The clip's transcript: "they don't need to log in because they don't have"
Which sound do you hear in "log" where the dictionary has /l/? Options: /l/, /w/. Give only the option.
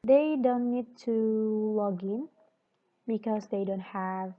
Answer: /l/